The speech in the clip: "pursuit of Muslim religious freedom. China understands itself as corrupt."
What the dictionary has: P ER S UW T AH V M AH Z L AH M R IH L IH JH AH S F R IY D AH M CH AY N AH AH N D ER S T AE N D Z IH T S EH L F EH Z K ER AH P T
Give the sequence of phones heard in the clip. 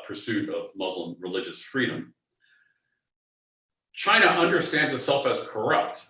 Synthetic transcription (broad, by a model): P ER S UW T AH V M AH Z L AH M R IH L IH JH AH S F R IY D AH M CH AY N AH AH N D ER S T AE N D Z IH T S EH L F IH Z K ER AH P T